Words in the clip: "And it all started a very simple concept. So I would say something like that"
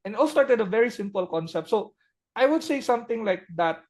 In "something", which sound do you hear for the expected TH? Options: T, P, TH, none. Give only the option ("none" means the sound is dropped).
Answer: T